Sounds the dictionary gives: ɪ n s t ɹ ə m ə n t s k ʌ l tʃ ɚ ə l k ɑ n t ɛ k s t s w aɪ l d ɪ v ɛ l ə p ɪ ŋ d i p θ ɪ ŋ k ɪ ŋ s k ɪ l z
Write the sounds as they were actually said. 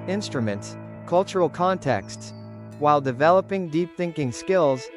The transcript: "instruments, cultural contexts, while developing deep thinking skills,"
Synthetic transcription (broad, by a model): ɪ n s t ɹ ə m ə n t s k ʌ l tʃ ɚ l k ɑ n t ɛ k s t s w aɪ l d ɪ v ɛ l ə p ɪ ŋ d i p θ ɪ ŋ k ɪ ŋ s k ɪ l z